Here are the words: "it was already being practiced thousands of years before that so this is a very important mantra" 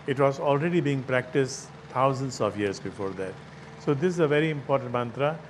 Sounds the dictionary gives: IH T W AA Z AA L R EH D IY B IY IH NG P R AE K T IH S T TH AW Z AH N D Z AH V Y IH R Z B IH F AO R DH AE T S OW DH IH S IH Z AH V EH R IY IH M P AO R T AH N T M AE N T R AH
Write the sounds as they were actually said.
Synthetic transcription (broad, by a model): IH T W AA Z AA L R EH D IY B IY IH NG P R AE K T IH S T T AW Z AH N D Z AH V Y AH R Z B IH F AO R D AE T S OW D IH S IH Z AH V EH R IY IH M P AO R T AH N T M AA N T R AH